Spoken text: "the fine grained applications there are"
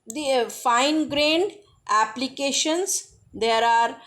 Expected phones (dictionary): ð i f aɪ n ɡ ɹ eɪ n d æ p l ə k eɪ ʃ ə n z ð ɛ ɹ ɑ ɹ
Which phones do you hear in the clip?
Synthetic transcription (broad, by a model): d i f aɪ n ɡ ɹ eɪ n d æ p l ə k eɪ ʃ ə n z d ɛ ɹ ɑ ɹ